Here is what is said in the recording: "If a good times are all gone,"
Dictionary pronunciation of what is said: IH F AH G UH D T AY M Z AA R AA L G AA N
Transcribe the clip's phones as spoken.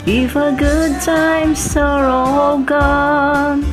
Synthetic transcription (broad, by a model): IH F AH G UH D T AY M S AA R AA L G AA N